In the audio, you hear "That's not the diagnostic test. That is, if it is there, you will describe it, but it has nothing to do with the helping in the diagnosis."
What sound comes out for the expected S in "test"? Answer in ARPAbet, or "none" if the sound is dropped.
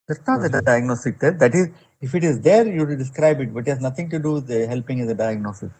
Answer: none